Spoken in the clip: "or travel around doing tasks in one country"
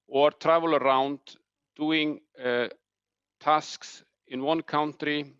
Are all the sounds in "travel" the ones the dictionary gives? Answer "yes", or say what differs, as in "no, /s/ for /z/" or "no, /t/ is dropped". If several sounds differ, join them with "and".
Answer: yes